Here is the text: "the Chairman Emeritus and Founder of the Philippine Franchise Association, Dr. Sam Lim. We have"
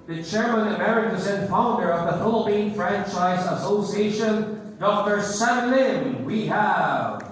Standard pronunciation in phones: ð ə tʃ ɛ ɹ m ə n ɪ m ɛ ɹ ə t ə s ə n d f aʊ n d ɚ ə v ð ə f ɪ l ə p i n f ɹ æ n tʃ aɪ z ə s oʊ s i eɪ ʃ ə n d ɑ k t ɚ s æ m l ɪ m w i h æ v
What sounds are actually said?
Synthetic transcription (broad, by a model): ð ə tʃ ɛ ɹ m ə n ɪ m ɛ ɹ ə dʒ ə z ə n f aʊ n d ɚ ə v ð ə f ɪ l ə p i n f ɹ æ n tʃ aɪ z ə s oʊ s i eɪ ʃ ə n d ɑ k t ɚ s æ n l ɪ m w i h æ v